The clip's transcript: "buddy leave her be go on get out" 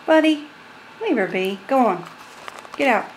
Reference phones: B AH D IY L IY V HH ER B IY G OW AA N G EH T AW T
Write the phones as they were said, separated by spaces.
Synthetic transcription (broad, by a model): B AH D IY N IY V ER B IY G OW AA N G EH T AW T